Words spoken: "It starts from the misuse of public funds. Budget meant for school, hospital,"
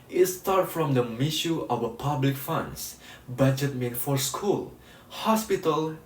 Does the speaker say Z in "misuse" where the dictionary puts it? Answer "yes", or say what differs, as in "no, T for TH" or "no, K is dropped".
no, Z is dropped